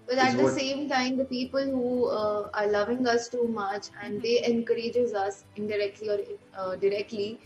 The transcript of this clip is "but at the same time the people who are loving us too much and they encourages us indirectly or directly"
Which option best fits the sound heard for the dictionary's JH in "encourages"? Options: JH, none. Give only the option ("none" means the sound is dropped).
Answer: JH